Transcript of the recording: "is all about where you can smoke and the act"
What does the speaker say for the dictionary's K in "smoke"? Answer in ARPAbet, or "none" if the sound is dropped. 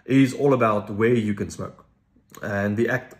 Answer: K